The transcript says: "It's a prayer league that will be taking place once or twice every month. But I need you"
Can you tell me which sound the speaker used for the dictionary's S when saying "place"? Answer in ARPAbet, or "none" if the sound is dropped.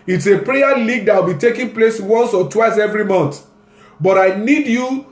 S